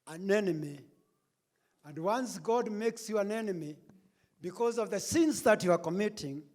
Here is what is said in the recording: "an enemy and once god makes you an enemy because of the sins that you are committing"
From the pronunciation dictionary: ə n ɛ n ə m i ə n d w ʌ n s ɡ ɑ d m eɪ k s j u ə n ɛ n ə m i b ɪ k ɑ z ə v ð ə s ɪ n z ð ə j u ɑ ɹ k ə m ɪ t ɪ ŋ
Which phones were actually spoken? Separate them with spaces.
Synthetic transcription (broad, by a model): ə n ɛ n ə m i ə n d w ʌ n s ɡ ɑ d m eɪ k s j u ə n ɛ n ə m i b ɪ k ɑ z ə v ð ə s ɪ n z ð ə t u ɑ ɹ k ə m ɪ t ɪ ŋ